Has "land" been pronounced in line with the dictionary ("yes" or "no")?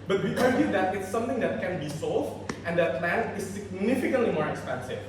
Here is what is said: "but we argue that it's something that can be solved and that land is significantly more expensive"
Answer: no